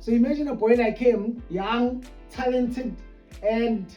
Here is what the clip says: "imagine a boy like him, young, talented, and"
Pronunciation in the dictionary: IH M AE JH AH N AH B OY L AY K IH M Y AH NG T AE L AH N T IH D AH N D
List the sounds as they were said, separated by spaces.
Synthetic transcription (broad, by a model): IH M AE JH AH N AH B OY N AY K IH M Y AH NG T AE L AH N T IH D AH N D